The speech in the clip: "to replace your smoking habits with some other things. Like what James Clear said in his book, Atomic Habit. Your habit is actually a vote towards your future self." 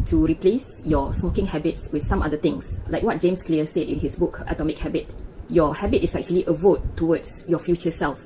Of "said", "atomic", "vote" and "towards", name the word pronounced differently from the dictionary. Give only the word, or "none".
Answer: towards